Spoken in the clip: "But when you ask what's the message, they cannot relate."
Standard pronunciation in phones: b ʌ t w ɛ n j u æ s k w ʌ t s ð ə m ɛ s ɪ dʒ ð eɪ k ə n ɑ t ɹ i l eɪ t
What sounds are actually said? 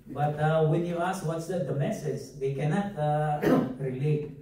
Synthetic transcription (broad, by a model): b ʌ t w ɛ n j u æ s k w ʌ t s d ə m ɛ s ɪ dʒ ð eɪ k ə n ɑ t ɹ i l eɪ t